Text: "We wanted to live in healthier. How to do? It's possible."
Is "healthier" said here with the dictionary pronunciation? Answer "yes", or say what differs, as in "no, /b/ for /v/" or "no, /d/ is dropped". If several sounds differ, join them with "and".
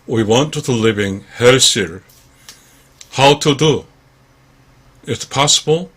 no, /s/ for /θ/